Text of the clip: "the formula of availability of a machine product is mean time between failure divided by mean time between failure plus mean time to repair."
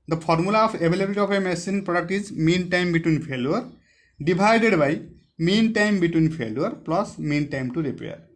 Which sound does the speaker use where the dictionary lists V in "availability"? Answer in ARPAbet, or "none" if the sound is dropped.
B